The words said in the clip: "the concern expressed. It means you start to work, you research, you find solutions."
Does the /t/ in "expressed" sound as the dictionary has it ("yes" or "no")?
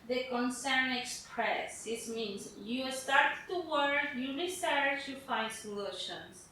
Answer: no